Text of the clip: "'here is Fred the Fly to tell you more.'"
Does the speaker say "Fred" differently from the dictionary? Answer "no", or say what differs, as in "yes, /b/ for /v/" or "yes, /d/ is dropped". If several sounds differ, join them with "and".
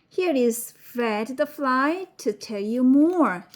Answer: yes, /ɹ/ is dropped